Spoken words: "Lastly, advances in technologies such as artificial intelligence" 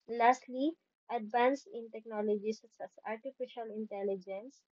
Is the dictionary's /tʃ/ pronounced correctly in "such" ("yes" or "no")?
no